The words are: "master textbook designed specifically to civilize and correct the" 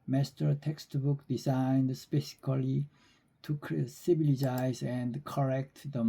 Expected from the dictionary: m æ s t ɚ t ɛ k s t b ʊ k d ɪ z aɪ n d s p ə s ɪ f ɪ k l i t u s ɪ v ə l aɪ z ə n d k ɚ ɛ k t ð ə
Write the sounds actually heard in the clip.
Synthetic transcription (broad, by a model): m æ s t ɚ t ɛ k s t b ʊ k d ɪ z aɪ n d s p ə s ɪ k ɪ l i t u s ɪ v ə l aɪ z ə n d k ɚ ɛ k t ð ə